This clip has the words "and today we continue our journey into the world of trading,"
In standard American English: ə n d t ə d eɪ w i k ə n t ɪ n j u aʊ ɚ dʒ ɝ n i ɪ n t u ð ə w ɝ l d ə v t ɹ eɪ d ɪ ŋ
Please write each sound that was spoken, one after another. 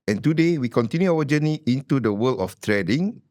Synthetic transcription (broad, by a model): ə n t ə d eɪ w i k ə n t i n j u aʊ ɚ dʒ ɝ n i ɪ n t u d ə w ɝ l ə f t ɹ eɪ d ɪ ŋ